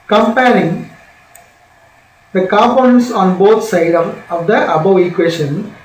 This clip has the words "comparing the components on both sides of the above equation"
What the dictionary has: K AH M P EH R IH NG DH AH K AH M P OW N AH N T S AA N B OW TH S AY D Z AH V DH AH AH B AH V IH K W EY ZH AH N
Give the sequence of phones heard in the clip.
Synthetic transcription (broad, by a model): K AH M P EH R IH NG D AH K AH P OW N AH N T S AA N B OW T S AY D AH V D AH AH B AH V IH K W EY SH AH N